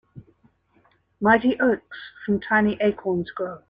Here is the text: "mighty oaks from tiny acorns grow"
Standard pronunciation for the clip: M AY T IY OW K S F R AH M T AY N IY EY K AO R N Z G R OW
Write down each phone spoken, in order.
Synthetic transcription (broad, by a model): M AY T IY OW K S F R AH M T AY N IY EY K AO N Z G OW